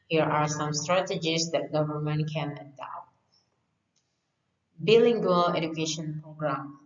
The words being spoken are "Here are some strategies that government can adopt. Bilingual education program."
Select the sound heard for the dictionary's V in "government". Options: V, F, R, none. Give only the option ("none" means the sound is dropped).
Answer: V